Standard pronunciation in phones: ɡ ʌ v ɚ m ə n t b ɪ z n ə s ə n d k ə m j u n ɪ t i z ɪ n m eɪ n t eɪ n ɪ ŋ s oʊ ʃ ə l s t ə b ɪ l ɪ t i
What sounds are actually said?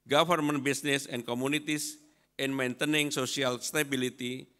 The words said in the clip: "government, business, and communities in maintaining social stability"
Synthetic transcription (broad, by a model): ɡ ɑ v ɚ m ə n b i s n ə s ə n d k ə m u n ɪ t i s ɪ n m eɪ n t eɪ n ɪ ŋ s oʊ s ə l s t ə b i l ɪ t i